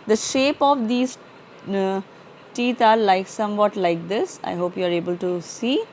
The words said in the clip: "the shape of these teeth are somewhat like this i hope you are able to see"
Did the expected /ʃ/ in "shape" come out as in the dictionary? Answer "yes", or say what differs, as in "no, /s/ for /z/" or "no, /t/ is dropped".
yes